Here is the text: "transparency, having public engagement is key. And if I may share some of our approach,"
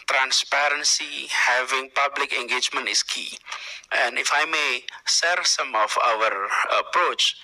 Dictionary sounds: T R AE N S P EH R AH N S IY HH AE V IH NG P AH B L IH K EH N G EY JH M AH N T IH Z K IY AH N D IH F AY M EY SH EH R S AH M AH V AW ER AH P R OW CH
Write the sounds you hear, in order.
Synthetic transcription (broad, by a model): T R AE N S P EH R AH N S IY HH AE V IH NG P AH B L IH K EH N G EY JH M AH N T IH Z K IY AH N D IH F AY M EY S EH R S AH M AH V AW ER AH P R OW CH